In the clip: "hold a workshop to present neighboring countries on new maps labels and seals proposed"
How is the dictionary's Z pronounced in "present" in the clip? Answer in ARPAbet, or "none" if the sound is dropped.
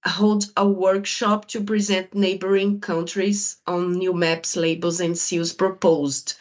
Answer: Z